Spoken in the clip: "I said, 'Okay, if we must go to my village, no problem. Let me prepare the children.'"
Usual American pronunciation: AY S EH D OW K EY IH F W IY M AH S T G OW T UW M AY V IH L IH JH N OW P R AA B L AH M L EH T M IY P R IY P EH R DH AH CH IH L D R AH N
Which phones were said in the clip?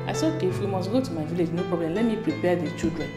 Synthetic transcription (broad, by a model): AY S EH OW K EY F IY M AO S G OW T UW M AY V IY L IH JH N OW P R AA B L AH M L EH T M IY P R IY P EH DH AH CH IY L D R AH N